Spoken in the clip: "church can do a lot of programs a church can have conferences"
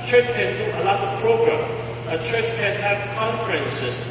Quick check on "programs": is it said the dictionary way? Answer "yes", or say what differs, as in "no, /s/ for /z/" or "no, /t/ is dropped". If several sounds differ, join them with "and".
no, /z/ is dropped